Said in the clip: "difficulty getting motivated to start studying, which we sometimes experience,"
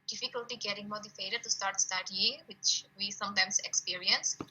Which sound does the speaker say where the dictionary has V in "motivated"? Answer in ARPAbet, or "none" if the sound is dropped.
F